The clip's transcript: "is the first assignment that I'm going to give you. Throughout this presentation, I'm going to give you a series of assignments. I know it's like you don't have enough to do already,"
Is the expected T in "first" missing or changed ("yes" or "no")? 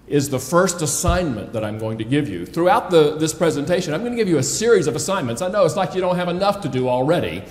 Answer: no